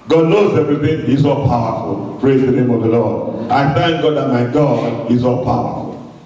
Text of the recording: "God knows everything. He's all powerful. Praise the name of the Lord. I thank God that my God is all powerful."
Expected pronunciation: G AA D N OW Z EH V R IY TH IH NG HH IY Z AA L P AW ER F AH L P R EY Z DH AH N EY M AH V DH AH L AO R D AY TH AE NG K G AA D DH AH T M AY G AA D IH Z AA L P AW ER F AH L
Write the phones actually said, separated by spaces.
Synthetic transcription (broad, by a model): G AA D N OW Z EH V R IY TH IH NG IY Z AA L P AW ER F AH L P R EY Z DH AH N EY M AH V DH AH L AO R D AY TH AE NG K G AA D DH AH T M AY G AA D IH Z AA L P AW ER F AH L